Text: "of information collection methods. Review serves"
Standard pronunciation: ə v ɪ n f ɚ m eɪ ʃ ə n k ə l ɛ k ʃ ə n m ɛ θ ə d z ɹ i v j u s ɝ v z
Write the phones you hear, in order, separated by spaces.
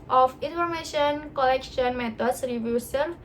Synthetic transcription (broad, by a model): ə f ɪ n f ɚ m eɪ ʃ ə n k ə l ɛ k ʃ ə n m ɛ t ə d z ɹ i v j u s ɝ